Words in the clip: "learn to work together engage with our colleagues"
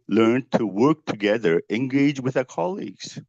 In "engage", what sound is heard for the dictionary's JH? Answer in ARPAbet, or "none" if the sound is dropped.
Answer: JH